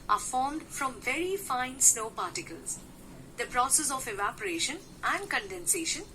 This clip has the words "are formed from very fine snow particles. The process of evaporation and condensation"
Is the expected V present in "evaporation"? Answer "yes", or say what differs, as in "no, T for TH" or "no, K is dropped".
yes